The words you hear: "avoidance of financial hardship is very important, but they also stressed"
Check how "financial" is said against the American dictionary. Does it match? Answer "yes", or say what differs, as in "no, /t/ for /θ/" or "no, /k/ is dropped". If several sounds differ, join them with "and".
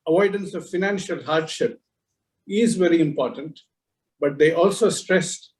yes